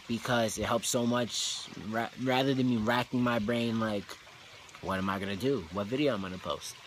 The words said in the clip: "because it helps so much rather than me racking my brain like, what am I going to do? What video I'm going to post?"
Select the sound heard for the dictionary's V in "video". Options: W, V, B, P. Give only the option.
V